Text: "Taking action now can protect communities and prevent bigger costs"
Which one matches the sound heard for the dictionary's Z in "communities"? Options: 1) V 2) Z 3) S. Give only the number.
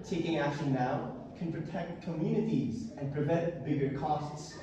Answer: 2